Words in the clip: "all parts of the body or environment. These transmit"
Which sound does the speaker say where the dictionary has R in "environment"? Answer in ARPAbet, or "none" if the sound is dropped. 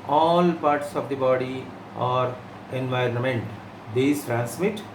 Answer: R